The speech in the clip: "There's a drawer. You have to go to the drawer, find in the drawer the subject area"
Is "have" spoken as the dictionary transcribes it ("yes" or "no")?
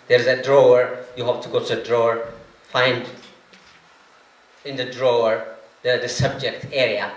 no